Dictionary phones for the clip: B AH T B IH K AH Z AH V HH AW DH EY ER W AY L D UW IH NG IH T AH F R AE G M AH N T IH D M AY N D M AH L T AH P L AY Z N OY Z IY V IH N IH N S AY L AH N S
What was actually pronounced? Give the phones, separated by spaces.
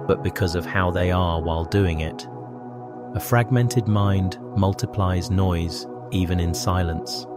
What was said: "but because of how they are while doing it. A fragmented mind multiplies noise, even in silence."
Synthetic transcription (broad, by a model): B AH T B IH K AH Z AH V HH AW DH EY ER W AY L D UW IH NG IH T AH F R AE G M AH N T IH D M AY N D M AH L T AH P L AY Z N OY Z IY V IH N IH N S AY L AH N S